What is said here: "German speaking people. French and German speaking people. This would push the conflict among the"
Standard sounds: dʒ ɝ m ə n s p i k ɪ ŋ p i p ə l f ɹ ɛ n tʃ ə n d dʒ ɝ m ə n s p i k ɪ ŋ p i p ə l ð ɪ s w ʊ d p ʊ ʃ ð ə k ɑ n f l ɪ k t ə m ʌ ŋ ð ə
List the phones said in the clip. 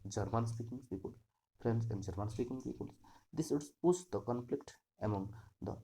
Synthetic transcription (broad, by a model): dʒ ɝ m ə n s p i k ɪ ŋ p i p ə l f ɹ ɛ n s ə n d dʒ ɝ m ə n s p i k ɪ ŋ p i p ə l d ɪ s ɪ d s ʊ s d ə k ɑ n f l ɪ k t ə m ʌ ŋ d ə